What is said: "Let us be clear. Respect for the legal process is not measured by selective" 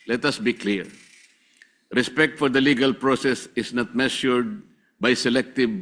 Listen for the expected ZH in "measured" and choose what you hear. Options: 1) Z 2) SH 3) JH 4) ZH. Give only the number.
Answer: 2